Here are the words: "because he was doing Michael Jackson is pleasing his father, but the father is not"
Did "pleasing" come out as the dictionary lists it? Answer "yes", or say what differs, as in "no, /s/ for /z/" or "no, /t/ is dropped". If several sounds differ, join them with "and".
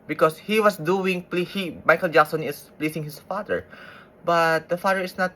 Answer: no, /s/ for /z/